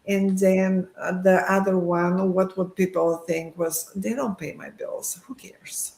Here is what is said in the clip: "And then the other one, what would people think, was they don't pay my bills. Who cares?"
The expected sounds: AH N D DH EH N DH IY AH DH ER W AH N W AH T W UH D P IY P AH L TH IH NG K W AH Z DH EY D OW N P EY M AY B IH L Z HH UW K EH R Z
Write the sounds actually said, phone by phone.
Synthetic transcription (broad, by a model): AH N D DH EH N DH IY AH DH ER W AH N W AH T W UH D P IY P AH L TH IH NG K W AH Z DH EY D OW N P EY M AY B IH L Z HH UW K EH R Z